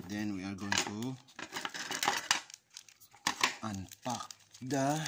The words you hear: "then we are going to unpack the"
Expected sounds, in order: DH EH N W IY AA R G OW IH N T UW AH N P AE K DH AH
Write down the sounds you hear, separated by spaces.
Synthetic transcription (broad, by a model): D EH N W IY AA L G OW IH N T UW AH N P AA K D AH